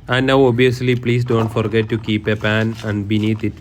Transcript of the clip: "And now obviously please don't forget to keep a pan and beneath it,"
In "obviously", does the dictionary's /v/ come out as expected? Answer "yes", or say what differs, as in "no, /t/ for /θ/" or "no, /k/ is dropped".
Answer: no, /v/ is dropped